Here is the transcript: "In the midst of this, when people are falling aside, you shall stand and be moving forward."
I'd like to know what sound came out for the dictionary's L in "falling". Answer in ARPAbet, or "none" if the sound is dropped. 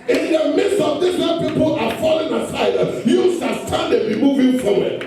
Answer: L